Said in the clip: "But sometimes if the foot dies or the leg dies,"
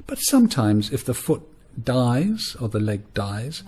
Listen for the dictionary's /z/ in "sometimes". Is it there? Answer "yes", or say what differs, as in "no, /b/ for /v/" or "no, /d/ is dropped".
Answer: yes